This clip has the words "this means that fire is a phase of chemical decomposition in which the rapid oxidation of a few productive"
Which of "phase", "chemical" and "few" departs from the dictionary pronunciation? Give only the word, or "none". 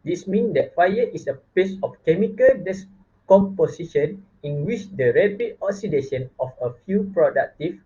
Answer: phase